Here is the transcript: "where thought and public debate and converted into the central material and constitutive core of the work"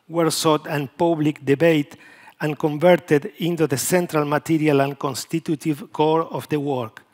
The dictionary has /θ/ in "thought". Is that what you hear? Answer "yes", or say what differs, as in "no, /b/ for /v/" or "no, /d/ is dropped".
no, /s/ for /θ/